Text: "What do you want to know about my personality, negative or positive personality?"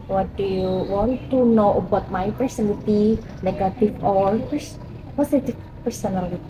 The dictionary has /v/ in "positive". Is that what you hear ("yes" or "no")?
no